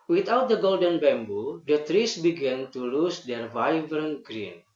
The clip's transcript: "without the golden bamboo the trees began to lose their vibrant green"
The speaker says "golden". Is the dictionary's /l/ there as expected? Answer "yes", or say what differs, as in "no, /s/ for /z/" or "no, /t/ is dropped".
yes